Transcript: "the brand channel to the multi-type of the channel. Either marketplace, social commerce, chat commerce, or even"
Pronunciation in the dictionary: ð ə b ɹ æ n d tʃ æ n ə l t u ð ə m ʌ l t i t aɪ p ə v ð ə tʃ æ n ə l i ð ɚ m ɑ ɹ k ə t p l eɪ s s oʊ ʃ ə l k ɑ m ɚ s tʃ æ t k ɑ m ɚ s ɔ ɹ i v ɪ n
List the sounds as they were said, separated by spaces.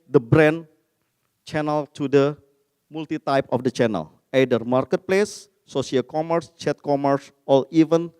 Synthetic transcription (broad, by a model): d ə b ɹ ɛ n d tʃ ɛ n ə l t u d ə m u l t i t aɪ p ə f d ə tʃ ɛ n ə l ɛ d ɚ m ɑ ɹ k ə t p l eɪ s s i ə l k ɑ m ɚ s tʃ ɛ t k ɑ m ɚ s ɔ l i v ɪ n